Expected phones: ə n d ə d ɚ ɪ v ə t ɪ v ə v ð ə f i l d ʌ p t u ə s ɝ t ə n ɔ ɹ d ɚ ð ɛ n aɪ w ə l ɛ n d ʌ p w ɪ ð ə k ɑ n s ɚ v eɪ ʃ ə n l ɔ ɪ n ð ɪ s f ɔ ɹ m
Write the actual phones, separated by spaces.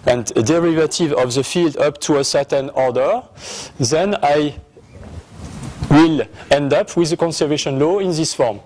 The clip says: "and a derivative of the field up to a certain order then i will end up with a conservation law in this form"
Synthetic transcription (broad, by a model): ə n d ə d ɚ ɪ v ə t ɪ v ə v ð ə f i l d ʌ p t u ə s ɝ t ə n ɔ ɹ d ɚ ð ɛ n aɪ w ə l ɛ n d ʌ p w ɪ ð ə k ɑ n s ɚ v eɪ ʃ ə n l ɔ ɪ n ð ɪ s f ɔ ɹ m